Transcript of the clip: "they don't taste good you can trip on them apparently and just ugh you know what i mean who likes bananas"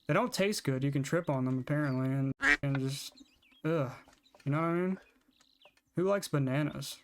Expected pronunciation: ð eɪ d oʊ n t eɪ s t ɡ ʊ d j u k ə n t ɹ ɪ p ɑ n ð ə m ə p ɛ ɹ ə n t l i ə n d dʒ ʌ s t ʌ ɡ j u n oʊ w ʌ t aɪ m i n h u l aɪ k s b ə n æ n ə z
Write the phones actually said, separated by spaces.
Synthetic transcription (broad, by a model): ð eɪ d oʊ n t eɪ s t ɡ ʊ d j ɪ k ə n t ɹ ɪ p n ð ə m ə p ɛ ɹ ə n t l i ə n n dʒ ʌ s t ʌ j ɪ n oʊ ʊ aɪ m i n h u l aɪ k s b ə n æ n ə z